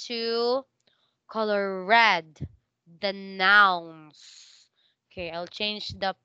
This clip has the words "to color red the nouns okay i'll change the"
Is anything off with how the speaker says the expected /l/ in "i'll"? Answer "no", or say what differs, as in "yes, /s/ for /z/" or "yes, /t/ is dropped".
no